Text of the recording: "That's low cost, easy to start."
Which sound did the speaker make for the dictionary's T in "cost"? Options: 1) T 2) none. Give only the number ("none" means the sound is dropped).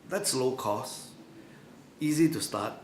2